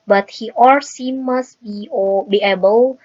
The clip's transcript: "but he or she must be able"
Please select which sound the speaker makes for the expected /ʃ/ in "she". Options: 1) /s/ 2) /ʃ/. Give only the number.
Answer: 1